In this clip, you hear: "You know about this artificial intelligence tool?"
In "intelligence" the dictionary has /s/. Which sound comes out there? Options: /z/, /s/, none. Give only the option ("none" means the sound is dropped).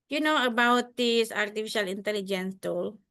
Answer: /s/